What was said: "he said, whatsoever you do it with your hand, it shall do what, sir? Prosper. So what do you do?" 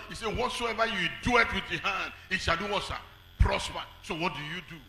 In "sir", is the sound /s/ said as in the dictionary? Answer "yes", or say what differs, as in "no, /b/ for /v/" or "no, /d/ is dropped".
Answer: no, /ʃ/ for /s/